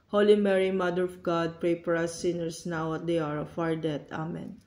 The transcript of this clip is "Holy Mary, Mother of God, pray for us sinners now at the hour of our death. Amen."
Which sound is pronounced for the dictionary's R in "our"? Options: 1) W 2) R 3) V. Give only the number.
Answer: 2